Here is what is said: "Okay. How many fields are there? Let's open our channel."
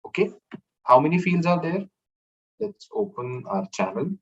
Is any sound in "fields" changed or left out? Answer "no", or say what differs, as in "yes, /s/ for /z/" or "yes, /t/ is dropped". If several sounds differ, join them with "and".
no